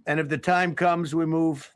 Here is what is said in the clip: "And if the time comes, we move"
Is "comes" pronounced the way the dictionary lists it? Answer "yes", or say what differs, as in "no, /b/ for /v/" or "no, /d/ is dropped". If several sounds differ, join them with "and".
yes